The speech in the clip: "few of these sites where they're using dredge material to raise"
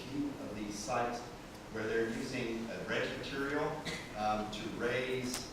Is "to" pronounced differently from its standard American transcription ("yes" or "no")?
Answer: no